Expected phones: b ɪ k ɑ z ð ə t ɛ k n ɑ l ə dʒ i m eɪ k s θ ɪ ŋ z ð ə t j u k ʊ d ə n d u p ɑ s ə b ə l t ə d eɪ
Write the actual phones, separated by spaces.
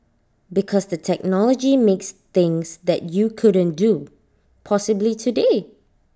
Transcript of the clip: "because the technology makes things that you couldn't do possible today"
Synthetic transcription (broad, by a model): b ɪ k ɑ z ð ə t ɛ k n ɑ l ə dʒ i m eɪ k s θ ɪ ŋ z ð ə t j u k ʊ d ə n d u p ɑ s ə b l t ə d eɪ